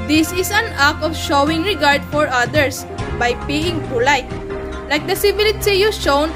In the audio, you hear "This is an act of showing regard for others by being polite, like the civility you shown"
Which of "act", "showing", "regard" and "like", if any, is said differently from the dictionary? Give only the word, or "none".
act